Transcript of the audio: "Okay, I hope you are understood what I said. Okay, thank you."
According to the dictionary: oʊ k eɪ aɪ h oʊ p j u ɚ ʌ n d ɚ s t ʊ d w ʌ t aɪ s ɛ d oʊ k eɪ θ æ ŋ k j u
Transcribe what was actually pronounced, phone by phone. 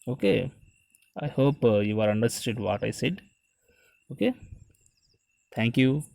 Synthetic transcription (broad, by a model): oʊ k eɪ aɪ h oʊ p j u ɚ ʌ n d ɚ s t ʊ d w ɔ t aɪ s ɛ d oʊ k eɪ t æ ŋ k j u